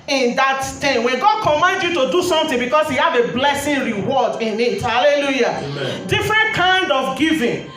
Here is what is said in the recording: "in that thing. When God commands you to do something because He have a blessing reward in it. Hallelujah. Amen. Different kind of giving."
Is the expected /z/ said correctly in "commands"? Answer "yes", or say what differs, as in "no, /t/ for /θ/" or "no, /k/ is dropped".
no, /z/ is dropped